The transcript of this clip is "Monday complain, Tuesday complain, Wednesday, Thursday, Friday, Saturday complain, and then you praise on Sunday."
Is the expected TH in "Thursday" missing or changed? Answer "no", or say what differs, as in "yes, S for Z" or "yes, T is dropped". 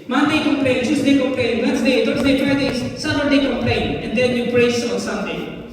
yes, T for TH